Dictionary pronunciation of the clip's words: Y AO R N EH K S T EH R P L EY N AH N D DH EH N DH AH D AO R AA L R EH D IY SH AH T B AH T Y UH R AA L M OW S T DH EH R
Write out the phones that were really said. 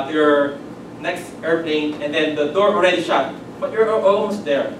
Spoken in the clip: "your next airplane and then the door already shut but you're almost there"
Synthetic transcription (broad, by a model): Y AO R N EH K S T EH R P EY N AH N D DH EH N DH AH D AO R AA L R EH D IY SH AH T B AH T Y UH R AA L M OW S T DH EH R